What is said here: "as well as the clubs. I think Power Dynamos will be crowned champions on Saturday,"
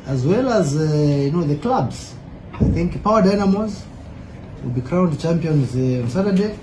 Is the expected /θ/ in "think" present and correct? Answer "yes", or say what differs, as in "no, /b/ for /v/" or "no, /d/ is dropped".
yes